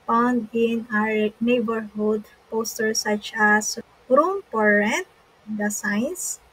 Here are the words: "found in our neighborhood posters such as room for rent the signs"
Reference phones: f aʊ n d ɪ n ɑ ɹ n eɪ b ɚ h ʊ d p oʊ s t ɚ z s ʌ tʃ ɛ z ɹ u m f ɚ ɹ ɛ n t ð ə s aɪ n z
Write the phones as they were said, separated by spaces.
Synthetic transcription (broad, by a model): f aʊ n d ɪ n ɑ ɹ n eɪ b ɚ h ʊ d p oʊ s t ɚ s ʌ tʃ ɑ s ɹ u m p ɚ ɹ ɛ n t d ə s aɪ n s